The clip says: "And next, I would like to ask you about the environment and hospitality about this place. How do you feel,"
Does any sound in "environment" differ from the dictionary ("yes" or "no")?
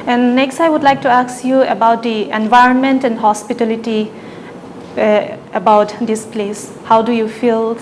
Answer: no